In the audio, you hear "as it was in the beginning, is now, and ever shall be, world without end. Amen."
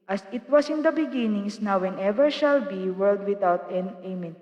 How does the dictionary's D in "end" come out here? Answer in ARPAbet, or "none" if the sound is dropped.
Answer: none